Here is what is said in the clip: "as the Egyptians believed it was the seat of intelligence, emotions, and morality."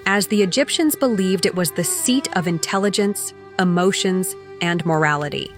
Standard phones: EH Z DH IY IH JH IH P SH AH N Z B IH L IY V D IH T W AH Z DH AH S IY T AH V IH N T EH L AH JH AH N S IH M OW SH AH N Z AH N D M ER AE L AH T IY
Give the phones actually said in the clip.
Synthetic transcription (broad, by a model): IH Z DH IY IH JH IH P SH AH N Z B IH L IY V D IH T W AH Z DH AH S IY T AH V IH N T EH L AH JH AH N S IH M OW SH AH N Z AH N M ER AE L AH T IY